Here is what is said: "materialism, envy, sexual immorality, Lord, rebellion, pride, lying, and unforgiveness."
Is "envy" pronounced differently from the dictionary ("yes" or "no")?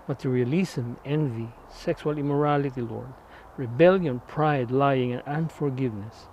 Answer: no